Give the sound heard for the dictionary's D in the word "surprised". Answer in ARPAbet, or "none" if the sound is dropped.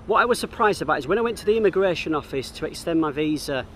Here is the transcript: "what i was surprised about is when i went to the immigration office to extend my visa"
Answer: D